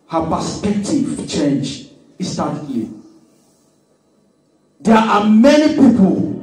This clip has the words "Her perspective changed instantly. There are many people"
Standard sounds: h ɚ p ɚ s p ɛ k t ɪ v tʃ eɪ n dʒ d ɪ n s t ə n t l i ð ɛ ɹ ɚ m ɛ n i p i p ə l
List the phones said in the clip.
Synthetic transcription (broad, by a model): h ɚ p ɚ s p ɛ k t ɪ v tʃ eɪ n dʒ ɪ s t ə t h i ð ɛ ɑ m ɛ n i p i p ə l